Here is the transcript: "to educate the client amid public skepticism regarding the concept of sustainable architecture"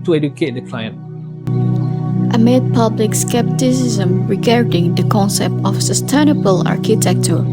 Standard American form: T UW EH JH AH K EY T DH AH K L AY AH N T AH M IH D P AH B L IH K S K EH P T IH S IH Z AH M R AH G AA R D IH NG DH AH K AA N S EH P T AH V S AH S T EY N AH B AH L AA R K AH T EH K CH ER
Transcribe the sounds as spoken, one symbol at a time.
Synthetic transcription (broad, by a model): T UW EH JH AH K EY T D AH K L AY AH N T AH M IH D P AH B L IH K S K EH P T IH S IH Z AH M R AH G AA R D IH NG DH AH K AA N S EH P T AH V S AH S T EY N AH B AH L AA R K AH T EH K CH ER